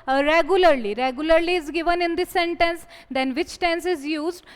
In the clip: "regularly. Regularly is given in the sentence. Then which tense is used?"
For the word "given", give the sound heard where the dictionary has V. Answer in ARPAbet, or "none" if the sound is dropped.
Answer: V